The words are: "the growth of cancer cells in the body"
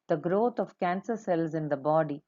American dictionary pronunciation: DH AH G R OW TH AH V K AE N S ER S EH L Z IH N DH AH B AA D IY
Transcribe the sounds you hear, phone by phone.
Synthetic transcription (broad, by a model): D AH G R OW T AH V K AE N S ER S EH L Z IH N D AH B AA D IY